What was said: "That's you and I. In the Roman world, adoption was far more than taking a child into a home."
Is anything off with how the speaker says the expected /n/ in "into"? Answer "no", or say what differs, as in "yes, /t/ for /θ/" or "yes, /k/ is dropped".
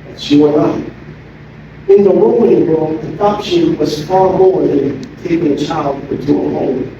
yes, /n/ is dropped